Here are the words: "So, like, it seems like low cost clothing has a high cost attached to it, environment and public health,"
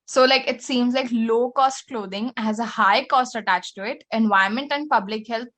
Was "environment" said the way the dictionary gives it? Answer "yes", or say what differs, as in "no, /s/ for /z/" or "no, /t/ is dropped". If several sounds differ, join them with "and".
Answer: no, /ɹ/ is dropped